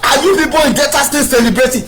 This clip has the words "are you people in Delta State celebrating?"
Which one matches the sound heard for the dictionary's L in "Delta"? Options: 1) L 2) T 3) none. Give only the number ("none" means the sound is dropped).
3